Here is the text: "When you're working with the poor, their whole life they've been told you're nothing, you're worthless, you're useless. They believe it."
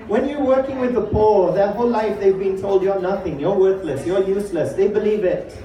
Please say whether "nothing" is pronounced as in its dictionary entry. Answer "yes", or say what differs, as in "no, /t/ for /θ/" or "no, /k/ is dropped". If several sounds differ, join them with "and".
yes